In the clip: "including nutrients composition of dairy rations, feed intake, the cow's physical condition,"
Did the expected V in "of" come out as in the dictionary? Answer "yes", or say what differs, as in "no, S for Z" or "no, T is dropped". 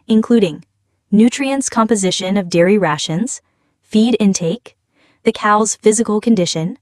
yes